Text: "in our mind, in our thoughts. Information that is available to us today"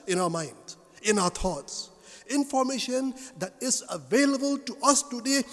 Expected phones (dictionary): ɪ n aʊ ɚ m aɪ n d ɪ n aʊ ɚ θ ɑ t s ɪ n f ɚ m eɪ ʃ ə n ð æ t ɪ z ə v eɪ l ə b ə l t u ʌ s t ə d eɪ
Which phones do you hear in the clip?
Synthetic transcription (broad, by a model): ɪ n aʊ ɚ m aɪ n d ɪ n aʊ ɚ t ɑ t s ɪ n f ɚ m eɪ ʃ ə n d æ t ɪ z ə v eɪ l ə b ə l t u ʌ s t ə d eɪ